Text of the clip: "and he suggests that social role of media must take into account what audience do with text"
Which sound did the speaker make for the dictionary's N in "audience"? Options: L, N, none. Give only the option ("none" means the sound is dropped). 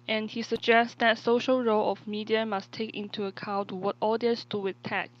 none